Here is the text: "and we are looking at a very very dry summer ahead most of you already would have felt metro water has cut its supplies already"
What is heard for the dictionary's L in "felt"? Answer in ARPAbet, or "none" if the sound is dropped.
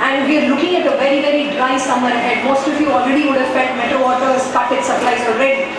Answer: none